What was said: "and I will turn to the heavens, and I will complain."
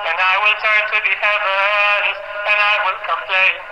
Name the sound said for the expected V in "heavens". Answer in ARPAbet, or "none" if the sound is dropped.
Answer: none